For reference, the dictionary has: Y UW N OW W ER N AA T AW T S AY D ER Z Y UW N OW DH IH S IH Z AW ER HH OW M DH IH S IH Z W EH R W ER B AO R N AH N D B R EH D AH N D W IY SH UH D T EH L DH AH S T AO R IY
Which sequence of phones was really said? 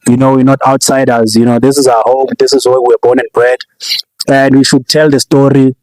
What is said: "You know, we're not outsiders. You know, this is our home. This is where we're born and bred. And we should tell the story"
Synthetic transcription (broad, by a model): Y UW N OW W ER N AA T AW T S AY D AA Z Y UW N OW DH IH S IH Z AW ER HH OW M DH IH S IH Z W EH W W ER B AO N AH N B R EH D AH N D W IY SH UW D T EH L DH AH S T AO R IY